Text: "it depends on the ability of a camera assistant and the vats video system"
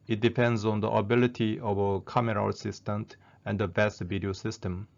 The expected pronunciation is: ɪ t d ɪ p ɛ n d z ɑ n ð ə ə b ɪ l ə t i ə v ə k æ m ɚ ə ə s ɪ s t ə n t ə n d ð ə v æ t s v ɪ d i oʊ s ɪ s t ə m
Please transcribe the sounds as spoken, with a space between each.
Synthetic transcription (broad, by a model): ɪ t d ɪ p ɛ n d z ɑ n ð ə ə b ɪ l ə t i ə v ə k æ m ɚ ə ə s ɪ s t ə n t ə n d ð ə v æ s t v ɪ d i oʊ s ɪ s t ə m